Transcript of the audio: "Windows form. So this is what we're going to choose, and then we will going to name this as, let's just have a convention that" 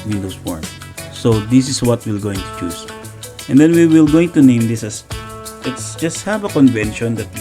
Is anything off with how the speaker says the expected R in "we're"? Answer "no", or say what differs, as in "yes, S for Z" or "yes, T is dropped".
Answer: yes, L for R